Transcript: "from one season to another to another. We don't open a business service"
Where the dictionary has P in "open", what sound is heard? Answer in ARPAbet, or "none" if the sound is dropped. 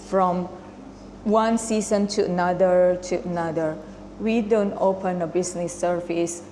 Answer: P